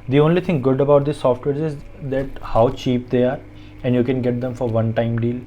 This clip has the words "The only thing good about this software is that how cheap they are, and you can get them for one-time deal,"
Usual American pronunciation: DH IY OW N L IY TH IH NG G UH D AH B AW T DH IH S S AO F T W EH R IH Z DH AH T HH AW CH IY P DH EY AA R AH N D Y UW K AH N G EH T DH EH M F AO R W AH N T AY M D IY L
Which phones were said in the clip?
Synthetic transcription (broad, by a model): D IY OW N L IY T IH NG G UH D AH B AW T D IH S S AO F T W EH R IH Z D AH T HH AW CH IY P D EY AA R AH N D Y UW K AH N G EH T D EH M F AO R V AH N T AY M D IY L